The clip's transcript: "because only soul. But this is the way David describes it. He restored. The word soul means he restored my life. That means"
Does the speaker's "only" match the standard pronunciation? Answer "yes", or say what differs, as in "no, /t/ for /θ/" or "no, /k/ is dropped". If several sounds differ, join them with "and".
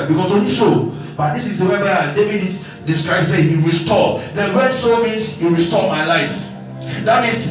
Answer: no, /l/ is dropped